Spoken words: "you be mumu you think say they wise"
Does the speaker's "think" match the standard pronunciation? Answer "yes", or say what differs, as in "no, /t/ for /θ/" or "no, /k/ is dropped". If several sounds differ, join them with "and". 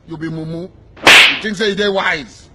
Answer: no, /t/ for /θ/